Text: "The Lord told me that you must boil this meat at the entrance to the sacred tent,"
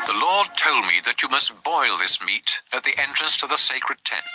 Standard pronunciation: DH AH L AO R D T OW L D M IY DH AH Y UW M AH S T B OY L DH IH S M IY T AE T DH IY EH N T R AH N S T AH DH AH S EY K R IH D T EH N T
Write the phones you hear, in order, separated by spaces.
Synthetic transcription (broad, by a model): DH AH L AO R D T OW L D M IY DH AH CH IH M AH S T B OY L DH IH S M IY T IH T DH IY EH N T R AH N S T AH DH AH S EY K R IH D T EH N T